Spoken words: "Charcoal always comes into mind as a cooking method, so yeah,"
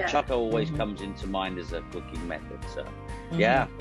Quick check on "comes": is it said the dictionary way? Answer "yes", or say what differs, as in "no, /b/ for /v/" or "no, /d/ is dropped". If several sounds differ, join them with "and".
yes